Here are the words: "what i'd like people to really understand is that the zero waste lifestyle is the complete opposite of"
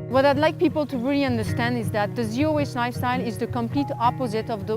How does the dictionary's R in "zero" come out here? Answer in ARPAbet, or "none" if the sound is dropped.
none